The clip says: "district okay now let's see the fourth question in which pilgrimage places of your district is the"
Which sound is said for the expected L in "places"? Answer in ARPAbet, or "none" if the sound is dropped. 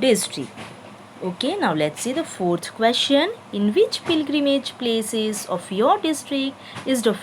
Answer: L